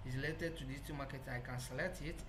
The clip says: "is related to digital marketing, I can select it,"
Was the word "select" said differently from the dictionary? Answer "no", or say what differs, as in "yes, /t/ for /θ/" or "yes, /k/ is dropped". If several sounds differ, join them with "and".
yes, /k/ is dropped